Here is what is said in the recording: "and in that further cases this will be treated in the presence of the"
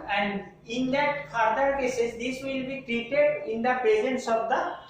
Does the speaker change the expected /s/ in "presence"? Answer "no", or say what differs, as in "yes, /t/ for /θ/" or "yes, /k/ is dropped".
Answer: no